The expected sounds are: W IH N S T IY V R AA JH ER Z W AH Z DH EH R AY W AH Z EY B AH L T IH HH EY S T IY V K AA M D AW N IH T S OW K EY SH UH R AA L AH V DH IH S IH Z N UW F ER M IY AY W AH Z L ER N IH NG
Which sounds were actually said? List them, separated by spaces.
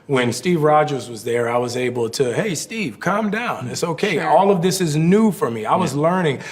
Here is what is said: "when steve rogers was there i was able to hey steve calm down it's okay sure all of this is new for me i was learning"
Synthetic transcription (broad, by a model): W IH N S T IY V R AA JH ER Z W AH Z DH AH R AY W AH Z EY B L T IH HH EY S T IY V K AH M D AW N IH T S OW K EY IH AA L AH V DH IH S IH Z N UW F ER M IY AY W AH Z L ER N IH NG